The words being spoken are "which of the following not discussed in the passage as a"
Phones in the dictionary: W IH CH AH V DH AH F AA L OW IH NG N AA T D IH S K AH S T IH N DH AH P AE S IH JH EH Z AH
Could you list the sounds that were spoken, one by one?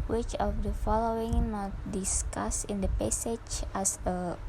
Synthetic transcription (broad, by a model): W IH CH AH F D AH F AA L OW IH NG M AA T D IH S K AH S IH N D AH P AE S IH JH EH S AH